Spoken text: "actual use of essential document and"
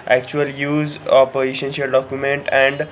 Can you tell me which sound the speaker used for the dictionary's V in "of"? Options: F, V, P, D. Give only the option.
P